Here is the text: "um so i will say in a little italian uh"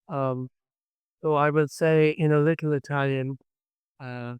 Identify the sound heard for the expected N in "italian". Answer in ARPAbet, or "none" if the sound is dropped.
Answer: N